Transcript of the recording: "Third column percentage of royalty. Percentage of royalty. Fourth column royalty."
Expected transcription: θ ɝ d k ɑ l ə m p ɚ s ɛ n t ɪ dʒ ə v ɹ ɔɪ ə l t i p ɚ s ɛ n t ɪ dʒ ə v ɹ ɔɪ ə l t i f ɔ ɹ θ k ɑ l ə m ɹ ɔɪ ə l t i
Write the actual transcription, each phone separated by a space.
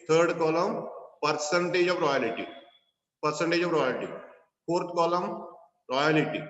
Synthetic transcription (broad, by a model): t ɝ d k ɑ l ə m p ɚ s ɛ n t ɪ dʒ ə v ɹ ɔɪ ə l t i p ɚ s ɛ n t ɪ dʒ ə v ɹ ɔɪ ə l t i p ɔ ɹ t k ɑ l ə m ɹ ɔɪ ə l t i